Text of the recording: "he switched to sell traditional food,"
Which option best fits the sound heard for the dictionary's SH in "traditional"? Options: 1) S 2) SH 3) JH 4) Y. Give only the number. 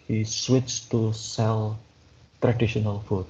2